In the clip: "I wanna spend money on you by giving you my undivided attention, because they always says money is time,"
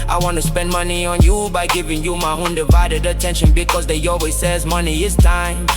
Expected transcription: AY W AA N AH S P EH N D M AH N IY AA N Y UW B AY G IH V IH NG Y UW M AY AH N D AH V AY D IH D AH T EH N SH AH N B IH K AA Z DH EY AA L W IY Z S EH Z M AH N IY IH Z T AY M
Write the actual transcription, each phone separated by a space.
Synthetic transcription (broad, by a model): AY W AA N AH S P EH N D M AH N IY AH N Y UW B AY G IH V IH NG Y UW M AY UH N D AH V AY D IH D AH T EH N SH AH N B IH K AA Z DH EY AA L W IY Z S EH Z M AH N IY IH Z T AY M